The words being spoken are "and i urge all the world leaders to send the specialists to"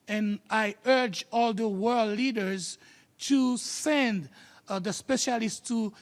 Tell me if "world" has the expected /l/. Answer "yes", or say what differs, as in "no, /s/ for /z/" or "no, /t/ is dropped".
yes